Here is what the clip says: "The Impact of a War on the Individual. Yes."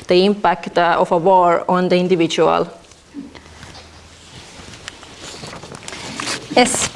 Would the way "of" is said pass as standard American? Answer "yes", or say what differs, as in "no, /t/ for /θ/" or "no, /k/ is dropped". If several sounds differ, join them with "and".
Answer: no, /f/ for /v/